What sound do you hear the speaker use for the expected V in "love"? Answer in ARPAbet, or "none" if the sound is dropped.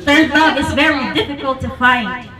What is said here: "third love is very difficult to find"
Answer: none